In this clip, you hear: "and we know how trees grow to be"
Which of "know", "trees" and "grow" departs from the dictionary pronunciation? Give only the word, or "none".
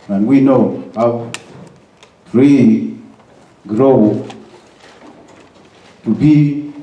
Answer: trees